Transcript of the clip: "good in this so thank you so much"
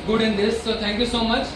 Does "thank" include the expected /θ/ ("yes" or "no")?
no